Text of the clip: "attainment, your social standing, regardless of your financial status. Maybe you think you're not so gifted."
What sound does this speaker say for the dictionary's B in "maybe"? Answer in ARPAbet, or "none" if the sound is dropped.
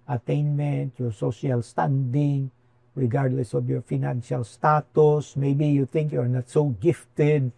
B